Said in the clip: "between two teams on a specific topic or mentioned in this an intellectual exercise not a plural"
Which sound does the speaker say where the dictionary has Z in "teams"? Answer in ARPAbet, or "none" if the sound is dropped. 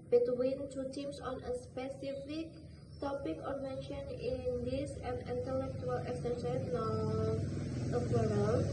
S